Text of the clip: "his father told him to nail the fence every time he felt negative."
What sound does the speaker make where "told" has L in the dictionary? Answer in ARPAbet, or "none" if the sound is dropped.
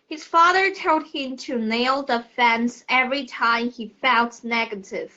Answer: none